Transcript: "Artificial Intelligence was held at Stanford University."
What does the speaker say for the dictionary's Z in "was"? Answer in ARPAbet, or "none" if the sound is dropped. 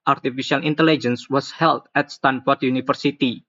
S